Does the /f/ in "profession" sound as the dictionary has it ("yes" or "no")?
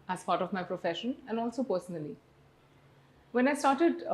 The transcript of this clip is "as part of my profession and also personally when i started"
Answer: yes